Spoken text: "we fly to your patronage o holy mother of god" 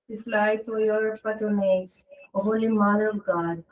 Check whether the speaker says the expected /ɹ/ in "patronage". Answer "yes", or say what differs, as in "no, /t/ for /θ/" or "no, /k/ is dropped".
no, /ɹ/ is dropped